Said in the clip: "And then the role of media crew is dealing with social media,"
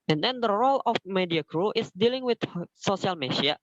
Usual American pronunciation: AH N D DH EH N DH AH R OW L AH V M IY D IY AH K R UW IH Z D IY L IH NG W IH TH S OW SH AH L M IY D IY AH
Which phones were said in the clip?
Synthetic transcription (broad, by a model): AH N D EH N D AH R OW L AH F M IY D IY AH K R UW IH S D IY L IH NG W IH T S OW S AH L M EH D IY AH